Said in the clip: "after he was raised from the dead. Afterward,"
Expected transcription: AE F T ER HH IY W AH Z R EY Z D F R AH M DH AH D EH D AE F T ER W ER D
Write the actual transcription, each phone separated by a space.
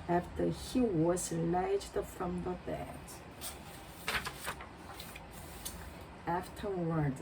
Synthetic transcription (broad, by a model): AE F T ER HH IY W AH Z L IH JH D F R AH M DH AH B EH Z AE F T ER W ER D